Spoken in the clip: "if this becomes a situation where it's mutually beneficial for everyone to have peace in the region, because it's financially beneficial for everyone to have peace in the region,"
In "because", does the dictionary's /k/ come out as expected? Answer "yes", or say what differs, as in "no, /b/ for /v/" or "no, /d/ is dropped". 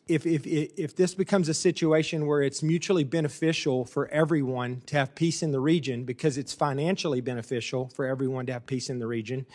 yes